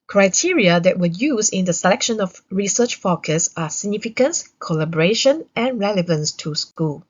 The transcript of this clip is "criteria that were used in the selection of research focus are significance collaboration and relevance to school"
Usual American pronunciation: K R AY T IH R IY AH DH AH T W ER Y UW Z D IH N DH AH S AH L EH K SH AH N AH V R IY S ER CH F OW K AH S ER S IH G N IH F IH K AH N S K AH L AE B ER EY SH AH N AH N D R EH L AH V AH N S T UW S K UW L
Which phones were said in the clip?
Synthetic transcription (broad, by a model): K R AY T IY R IY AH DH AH T W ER Y UW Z IH N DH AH S AH L EH K SH AH N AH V R IY S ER CH F OW K AH S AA S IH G N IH F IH K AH N S K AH L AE B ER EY SH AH N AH N R EH L AH V AH N S T UW S K UW L